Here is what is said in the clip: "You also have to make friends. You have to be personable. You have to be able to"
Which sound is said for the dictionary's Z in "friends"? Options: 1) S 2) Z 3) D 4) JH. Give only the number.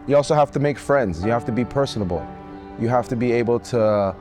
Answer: 2